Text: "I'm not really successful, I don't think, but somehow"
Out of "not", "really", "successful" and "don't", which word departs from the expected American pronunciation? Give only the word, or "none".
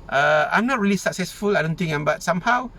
none